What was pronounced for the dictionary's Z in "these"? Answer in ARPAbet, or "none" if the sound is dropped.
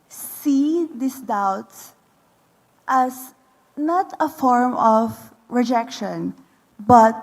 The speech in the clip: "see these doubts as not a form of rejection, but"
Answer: S